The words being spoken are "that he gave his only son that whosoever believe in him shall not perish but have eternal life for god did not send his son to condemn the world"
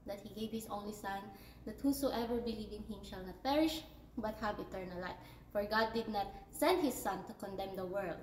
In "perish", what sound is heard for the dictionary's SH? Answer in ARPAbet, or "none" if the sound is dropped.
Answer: SH